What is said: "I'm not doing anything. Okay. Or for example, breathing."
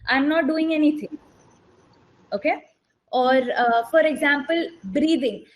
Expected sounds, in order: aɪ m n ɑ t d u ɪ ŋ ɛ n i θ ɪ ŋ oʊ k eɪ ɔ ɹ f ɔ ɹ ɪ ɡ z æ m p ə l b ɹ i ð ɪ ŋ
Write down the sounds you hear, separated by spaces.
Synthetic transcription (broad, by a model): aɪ m n ɑ t d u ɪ ŋ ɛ n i t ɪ ŋ oʊ k eɪ ɔ ɹ f ɔ ɹ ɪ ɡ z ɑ m p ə l b ɹ i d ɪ ŋ